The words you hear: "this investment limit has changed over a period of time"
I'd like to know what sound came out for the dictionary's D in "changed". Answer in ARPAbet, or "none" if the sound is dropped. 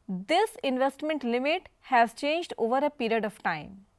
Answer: D